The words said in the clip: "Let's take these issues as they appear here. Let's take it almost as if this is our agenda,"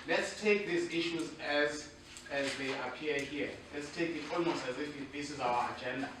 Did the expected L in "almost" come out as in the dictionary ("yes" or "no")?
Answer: yes